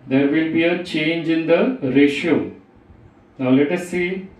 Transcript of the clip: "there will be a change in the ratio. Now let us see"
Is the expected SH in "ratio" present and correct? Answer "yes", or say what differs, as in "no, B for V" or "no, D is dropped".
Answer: yes